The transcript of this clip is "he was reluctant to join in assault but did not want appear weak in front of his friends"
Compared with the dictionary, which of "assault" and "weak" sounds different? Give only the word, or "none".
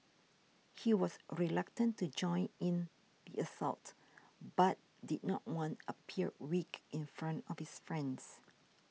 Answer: none